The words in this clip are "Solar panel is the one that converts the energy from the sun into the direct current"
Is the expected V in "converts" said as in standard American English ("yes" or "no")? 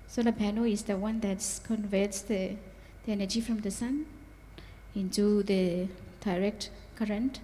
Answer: yes